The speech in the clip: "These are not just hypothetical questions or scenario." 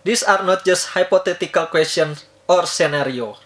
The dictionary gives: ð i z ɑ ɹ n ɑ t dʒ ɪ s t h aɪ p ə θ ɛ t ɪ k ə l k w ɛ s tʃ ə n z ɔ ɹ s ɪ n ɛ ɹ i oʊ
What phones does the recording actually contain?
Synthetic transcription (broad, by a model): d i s ɑ ɹ n ɑ t dʒ ɪ s t h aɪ p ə t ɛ t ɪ k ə l k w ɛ s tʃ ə n s ɔ ɹ s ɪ n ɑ ɹ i oʊ